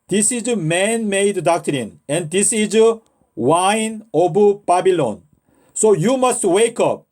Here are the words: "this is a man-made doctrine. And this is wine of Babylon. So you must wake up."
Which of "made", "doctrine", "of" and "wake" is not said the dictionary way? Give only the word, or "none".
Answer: of